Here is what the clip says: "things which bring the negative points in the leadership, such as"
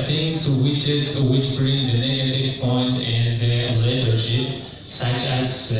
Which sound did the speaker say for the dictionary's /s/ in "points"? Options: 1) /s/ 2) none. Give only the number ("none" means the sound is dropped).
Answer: 2